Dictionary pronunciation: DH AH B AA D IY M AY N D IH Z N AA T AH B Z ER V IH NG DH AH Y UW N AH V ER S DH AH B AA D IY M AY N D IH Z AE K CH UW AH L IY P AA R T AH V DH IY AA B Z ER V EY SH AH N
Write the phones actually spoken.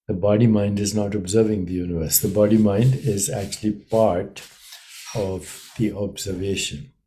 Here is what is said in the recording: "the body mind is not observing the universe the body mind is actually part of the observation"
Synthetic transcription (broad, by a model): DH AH B AA D IY M AY N D IH Z N AA T AH B Z ER V IH NG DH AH Y UW N AH V ER S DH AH B AA D IY M AY N D IH Z AE K CH UW AH L IY P AA R T AH V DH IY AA B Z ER V EY SH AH N